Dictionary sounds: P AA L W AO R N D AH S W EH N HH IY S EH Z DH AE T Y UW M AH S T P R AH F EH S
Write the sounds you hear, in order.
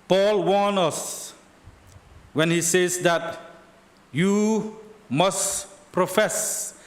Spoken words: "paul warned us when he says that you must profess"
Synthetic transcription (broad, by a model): P AA L W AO N AH S W EH N HH IY S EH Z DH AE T Y UW M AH S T P R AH F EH S